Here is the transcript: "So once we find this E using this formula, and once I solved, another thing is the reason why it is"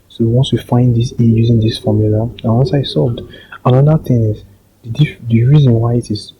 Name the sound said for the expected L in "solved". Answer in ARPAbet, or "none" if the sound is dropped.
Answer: none